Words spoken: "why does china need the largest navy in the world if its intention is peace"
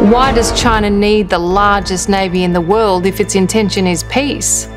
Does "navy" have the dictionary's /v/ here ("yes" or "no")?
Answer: yes